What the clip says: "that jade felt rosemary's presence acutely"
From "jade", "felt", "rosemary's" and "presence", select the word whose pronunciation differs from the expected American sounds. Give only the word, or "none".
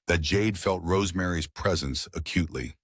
none